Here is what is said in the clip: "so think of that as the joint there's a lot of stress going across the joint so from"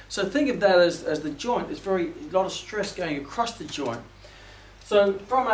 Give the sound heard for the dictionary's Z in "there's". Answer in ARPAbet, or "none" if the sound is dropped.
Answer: none